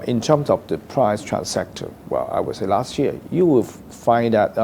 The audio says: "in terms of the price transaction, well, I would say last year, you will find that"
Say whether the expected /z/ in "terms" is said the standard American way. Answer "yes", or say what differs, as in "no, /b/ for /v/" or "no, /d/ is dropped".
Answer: no, /s/ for /z/